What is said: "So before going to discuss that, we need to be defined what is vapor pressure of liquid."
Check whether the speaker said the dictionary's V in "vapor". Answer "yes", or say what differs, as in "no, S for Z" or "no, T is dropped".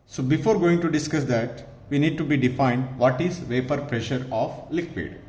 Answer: yes